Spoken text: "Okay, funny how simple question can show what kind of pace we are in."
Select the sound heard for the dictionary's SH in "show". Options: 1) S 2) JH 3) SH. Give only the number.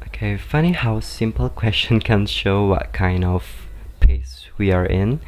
3